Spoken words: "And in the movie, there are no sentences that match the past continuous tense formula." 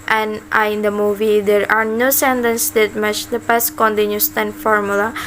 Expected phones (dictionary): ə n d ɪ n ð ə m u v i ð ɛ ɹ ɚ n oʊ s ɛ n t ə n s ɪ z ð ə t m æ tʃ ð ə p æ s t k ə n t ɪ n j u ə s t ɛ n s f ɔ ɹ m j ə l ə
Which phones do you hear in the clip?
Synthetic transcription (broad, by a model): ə n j ɪ n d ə m u v i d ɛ ɹ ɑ n oʊ s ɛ n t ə n s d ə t m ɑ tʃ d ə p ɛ s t k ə n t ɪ n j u s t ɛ n f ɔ ɹ m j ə l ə